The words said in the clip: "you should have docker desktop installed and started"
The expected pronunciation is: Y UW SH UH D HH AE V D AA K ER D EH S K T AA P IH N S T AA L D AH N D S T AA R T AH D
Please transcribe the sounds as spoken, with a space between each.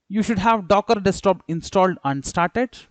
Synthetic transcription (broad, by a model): Y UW SH UH D HH AE V D AA K ER D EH S T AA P IH N S T AA L D AH N D S T AA R T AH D